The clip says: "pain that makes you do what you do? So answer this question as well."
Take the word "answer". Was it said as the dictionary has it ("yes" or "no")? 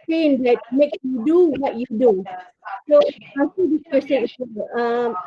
no